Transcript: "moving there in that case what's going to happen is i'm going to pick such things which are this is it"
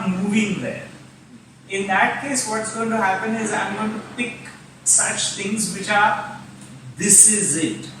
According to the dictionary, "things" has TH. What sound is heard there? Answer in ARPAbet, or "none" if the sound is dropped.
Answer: T